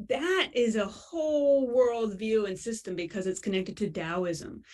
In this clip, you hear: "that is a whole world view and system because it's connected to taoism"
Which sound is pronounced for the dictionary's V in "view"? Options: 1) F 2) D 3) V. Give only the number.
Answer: 3